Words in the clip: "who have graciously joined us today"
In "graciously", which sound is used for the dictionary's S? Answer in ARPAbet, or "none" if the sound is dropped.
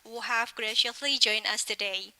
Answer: none